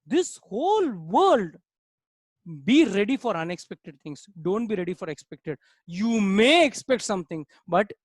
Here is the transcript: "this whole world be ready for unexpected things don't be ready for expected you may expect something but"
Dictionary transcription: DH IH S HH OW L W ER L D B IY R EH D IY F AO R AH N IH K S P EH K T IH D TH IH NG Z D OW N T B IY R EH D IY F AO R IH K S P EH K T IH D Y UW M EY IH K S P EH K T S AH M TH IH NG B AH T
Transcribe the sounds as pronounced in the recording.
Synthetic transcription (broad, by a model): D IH S HH OW L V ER L D B IY R EH D IY F AO R AH N IH K S P EH K T IH D T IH NG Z D OW N T B IY R EH D IY F AO R IH K S P EH K T IH D Y UW M EY IH K S P EH K T S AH M T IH NG B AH T